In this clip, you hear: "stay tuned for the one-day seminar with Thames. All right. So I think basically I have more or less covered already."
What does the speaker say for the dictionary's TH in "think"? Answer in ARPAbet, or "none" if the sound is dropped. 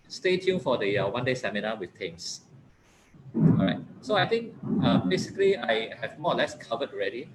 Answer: T